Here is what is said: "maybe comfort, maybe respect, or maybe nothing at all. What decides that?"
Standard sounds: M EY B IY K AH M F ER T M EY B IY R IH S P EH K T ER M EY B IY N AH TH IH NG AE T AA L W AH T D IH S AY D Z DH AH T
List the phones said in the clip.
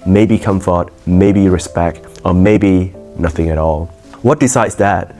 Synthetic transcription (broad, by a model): M EY B IY K AH M F ER T M EY B IY R IH S P EH K T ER M EY B IY N AH TH IH NG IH T AA L W AH T D IH S AY D Z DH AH T